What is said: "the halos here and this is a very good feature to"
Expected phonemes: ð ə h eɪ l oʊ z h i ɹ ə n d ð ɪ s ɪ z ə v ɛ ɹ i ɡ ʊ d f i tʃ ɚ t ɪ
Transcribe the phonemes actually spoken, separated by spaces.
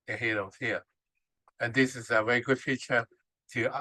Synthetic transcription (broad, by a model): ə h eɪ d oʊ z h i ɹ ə n ð ɪ s ɪ z ə v ɛ ɹ i ɡ ʊ d f i tʃ ɚ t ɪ